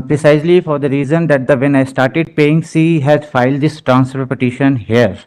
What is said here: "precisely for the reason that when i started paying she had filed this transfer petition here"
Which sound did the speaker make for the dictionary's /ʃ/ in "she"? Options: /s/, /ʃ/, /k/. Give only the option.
/s/